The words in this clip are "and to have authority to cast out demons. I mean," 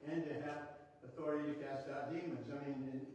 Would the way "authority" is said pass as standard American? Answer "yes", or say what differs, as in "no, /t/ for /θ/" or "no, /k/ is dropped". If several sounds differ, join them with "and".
yes